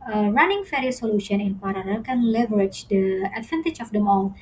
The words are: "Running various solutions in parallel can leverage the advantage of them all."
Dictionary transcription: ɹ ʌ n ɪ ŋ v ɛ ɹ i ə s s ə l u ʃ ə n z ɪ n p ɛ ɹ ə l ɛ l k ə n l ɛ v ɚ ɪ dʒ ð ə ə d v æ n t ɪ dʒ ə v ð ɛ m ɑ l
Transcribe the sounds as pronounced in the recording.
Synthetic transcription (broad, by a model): ɹ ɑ n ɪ ŋ f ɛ ɹ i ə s s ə l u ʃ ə n ɪ n p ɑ ɹ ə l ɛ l k ə n l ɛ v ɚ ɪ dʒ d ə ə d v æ n t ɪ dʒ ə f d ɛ m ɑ l